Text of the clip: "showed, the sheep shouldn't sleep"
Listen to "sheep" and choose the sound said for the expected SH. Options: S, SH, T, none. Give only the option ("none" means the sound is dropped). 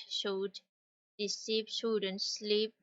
S